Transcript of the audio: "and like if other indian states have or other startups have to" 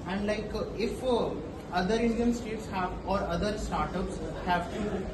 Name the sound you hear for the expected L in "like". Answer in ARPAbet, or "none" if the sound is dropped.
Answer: L